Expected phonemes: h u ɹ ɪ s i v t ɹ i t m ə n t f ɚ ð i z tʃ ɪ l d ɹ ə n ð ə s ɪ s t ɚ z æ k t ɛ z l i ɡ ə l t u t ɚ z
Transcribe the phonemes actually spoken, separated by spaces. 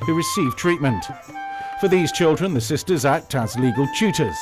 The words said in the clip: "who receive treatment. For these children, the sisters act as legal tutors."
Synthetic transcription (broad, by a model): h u ɹ ɪ s i v t ɹ i t m ə n t f ɚ ð i z tʃ ɪ l d ɹ ə n ð ə s ɪ s t ɚ z æ k t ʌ z l i ɡ ə l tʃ u t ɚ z